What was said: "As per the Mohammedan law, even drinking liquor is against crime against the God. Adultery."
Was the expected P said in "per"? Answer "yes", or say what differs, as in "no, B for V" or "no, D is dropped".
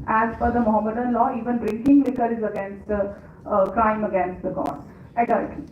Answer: no, F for P